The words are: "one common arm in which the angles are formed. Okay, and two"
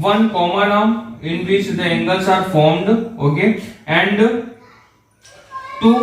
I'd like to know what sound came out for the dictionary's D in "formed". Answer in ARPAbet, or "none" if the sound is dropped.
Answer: D